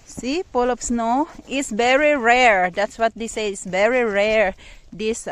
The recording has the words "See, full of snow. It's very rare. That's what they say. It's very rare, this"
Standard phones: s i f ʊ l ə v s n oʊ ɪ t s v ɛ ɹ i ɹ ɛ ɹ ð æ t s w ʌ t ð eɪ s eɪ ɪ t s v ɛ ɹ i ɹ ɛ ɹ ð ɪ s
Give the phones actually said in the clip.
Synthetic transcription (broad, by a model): s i p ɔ l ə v s n oʊ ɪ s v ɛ ɹ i ɹ ɛ ɹ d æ t s w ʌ t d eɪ s eɪ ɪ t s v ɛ ɹ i ɹ ɛ ɹ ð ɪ s